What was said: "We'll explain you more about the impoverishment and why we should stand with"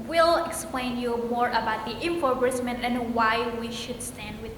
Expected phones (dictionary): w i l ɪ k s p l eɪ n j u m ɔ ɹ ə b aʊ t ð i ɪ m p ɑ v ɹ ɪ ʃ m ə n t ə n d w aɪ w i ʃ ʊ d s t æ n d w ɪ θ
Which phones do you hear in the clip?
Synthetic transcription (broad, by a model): w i l ɪ k s p l eɪ n j u m ɔ ɹ ə b aʊ t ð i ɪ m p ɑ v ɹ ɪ s m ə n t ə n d w aɪ w i ʃ ʊ d s t æ n d w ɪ